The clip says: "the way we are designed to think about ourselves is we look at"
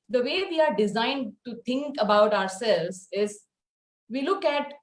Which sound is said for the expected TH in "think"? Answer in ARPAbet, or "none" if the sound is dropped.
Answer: T